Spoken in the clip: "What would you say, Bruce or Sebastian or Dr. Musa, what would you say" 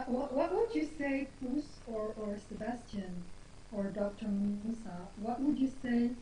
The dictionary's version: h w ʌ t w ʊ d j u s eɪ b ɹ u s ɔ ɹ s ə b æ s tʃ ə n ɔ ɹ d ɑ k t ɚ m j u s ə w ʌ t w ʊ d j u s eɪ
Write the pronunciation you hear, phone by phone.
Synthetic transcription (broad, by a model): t w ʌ t w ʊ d j u s eɪ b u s ɔ ɹ s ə b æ s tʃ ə n ɔ ɹ d ɑ k t ɚ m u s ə w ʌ t w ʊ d j u s eɪ